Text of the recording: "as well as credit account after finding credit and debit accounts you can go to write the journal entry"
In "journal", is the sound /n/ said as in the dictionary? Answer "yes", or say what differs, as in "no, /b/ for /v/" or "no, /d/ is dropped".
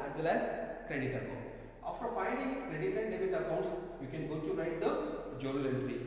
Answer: no, /l/ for /n/